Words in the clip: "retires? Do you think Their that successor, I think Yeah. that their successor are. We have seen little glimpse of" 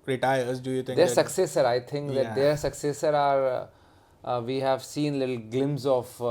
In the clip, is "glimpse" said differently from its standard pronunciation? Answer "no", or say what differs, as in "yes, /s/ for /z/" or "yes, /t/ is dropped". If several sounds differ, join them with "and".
yes, /p/ is dropped